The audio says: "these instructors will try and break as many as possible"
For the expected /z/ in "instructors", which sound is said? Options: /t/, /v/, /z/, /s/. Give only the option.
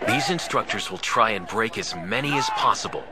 /z/